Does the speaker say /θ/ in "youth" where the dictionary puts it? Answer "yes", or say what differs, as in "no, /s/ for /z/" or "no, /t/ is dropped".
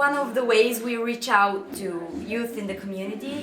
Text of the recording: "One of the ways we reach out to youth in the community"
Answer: yes